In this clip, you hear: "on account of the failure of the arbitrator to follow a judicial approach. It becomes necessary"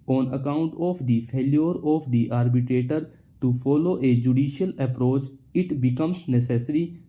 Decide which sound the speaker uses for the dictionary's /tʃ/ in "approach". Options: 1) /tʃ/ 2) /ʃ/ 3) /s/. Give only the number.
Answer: 1